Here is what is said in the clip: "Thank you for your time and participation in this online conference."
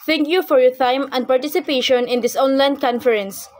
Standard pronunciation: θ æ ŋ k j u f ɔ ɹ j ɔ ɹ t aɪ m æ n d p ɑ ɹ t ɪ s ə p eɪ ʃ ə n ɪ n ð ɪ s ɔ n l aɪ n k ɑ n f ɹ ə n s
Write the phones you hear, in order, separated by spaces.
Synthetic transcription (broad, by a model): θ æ ŋ k j u f ɔ ɹ j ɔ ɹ t aɪ m æ n d p ɑ ɹ t ɪ s ə p eɪ ʃ ə n ɪ n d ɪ s ɔ n l aɪ n k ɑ n f ɹ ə n s